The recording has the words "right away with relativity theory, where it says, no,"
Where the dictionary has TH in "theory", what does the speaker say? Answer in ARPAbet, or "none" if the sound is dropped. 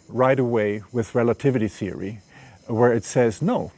TH